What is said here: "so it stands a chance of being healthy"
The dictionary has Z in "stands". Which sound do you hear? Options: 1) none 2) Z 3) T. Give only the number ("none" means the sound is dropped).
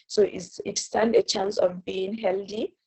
1